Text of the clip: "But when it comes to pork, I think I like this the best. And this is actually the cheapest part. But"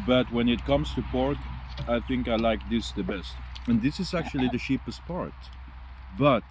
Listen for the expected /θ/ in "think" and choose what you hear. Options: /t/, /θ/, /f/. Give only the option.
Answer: /θ/